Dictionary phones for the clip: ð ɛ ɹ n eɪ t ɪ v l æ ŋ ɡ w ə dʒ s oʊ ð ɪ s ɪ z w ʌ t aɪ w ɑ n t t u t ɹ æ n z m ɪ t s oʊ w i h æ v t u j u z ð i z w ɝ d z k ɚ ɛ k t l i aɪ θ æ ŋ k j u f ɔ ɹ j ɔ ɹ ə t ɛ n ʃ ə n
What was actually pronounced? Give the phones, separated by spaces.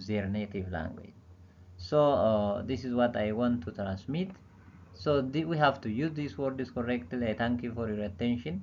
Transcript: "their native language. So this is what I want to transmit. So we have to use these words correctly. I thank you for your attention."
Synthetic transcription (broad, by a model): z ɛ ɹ n eɪ t ɪ v l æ ŋ ɡ w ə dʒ s oʊ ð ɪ s ɪ z w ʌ t aɪ w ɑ n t t u t ɹ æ n s m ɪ t s oʊ w i h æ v t u j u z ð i s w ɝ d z k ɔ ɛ k t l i aɪ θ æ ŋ k j u f ɔ ɹ j ɔ ɹ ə t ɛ n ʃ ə n